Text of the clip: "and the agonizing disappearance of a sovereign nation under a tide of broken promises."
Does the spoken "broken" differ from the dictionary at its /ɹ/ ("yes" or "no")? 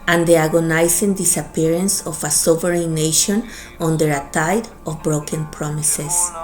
no